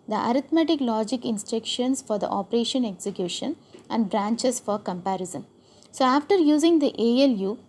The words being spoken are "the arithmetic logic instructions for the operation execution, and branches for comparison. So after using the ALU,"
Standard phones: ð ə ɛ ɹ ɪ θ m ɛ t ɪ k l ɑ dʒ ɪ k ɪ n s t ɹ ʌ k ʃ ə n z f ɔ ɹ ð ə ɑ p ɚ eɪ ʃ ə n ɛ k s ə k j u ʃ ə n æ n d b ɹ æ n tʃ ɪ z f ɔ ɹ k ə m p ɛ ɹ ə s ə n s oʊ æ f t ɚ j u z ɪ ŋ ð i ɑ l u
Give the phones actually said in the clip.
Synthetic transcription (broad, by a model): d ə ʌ ɹ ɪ t m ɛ t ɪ k l ɑ dʒ ɪ k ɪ n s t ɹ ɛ k ʃ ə n s f ɔ ɹ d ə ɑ p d eɪ ʃ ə n ɛ k s ə k j u ʃ ə n æ n d b ɹ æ n tʃ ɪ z f ɔ ɹ k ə m p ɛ ɹ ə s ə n s oʊ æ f t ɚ j u z ɪ ŋ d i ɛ l u